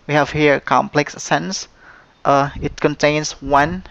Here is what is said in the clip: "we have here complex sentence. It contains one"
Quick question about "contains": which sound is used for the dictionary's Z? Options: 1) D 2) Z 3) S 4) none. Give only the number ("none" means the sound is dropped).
3